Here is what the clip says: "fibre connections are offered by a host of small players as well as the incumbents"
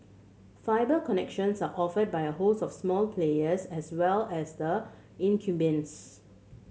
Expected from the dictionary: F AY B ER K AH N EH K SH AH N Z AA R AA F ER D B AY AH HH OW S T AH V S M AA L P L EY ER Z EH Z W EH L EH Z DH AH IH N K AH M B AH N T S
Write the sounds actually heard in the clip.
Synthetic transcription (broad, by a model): F AY B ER K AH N EH K SH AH N S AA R AA F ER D B AY AH HH OW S AH F S M AA L P L EY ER S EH S W EH L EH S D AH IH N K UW B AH N S